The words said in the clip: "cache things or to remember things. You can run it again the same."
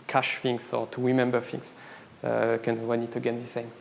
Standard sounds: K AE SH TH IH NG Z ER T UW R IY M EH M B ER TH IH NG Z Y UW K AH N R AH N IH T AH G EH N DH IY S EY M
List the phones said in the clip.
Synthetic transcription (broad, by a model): K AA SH F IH NG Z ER T UW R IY M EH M B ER F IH NG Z K AH N W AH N IH T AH G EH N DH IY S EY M